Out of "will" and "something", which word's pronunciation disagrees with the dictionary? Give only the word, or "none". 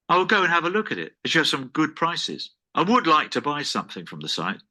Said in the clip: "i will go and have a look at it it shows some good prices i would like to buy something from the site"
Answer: none